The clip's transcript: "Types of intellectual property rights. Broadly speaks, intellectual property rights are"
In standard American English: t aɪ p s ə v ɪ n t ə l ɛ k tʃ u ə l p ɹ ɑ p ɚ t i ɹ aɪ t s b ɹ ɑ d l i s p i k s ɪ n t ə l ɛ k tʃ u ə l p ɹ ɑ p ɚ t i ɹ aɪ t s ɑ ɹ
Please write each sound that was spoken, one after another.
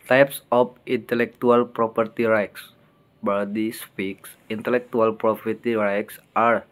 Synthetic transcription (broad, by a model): t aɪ p s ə f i n t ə l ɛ k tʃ u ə l p ɹ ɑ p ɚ t i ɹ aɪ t s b ɑ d i s p i k s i n t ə l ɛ k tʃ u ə l p ɹ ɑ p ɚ t i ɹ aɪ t s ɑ ɹ